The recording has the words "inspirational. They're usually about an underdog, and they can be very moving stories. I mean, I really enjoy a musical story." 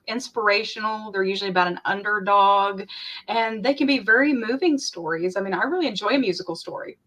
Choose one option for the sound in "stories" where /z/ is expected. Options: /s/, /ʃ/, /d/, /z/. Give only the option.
/z/